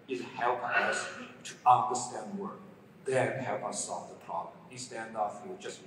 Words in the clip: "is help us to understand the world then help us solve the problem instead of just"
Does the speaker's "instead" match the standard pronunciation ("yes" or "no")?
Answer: no